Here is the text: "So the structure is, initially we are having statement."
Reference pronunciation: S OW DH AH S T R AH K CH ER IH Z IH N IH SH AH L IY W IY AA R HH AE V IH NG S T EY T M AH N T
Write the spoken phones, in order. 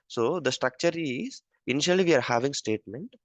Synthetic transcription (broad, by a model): S OW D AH S T R AH K CH ER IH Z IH N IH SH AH L IY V IY AA R HH AE V IH NG S T EY T M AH N T